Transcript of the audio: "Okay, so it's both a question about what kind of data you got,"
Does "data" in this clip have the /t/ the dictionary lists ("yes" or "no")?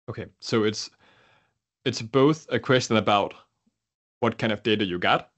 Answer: yes